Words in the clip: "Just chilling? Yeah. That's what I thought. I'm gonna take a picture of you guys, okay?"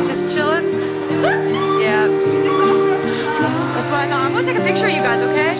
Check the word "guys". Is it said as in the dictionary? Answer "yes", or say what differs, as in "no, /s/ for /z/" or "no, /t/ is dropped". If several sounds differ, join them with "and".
yes